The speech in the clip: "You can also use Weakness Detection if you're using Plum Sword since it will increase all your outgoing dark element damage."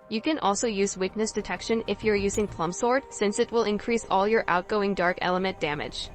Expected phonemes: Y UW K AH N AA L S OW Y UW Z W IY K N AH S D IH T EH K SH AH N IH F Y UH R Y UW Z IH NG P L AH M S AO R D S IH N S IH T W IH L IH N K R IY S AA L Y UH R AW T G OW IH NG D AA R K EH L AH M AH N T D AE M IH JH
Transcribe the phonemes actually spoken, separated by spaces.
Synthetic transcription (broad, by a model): Y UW K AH N AA L S OW Y UW Z W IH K N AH S D IH T EH K SH AH N IH F Y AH R Y UW Z IH NG P L AH M S AO R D S IH N S IH T W IH L IH N K R IY S AA L Y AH R AW T G OW IH NG D AA R K EH L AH M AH N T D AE M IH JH